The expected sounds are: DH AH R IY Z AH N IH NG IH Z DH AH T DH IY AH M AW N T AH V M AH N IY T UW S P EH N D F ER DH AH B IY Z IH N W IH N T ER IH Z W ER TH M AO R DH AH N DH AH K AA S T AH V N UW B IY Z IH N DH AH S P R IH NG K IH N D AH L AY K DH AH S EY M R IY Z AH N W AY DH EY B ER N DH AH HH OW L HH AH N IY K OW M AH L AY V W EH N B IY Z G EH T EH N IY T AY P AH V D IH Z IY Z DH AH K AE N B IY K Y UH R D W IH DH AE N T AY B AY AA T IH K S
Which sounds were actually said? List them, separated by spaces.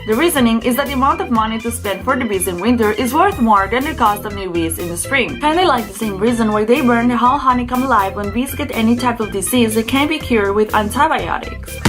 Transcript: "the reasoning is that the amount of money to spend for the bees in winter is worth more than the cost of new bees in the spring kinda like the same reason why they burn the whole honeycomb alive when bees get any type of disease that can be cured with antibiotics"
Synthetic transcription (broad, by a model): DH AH R IY Z AH N IH NG IH Z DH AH T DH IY AH M AW N T AH V M AH N IY T UW S P EH N D F ER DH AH B IY Z IH N W IH N T ER IH Z W ER TH M AO R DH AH N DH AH K AA S T AH V N UW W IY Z IH N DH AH S P R IH NG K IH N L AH L AY K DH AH S EY M R IY Z AH N W AY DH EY B ER N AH HH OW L HH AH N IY K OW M AH L AY V W EH N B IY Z G EH T EH N IY T AY P AH V D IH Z IY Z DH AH K AE N B IY K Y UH R D W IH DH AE N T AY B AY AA T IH K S